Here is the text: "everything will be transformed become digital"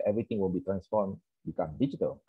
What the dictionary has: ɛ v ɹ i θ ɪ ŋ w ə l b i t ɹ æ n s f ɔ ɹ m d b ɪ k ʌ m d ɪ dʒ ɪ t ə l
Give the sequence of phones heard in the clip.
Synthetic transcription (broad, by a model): ɛ v ɹ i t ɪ ŋ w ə n b i t ɹ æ n s f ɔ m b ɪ k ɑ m d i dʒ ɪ t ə l